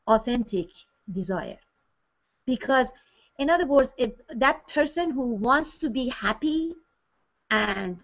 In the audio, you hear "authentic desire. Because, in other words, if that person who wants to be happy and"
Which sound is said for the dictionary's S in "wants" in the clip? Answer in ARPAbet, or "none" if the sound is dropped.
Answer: S